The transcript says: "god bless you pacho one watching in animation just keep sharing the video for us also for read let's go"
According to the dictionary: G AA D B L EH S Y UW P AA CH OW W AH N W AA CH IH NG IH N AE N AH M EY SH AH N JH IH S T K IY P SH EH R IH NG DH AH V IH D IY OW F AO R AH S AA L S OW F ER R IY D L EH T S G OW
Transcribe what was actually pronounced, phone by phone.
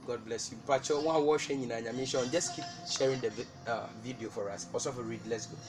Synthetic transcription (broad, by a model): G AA D B L EH S Y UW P AA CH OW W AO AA W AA SH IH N IH N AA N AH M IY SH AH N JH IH S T K IY P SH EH R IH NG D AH V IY D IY OW F AO R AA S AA S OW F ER R IY D L EH T S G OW